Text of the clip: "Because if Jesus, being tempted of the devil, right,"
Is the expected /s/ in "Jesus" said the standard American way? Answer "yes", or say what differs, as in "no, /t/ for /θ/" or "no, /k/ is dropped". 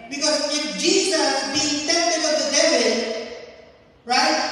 no, /s/ is dropped